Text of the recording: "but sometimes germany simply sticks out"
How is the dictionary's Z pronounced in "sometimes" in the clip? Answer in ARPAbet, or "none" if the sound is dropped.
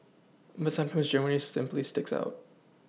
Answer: Z